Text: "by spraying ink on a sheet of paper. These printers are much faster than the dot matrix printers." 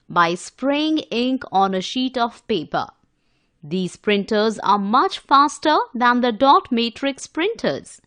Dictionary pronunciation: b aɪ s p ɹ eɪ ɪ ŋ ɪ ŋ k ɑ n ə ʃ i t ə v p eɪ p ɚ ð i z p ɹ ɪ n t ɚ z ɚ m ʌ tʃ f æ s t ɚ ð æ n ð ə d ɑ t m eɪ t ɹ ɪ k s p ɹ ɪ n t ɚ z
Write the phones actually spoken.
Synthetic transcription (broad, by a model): b aɪ s p ɹ eɪ ɪ ŋ ɪ ŋ k ɑ n ə ʃ i t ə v p eɪ p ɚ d i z p ɹ ɪ n t ɚ z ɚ m ʌ tʃ f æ s t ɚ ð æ n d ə d ɑ t m eɪ t ɹ ɪ k s p ɹ ɪ n t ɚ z